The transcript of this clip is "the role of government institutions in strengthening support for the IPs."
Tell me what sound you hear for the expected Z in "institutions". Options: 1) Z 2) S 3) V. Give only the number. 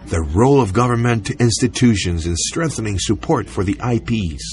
1